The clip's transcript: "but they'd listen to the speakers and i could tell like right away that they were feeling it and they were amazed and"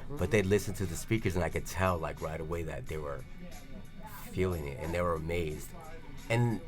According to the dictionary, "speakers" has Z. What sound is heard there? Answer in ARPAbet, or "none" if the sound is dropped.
Z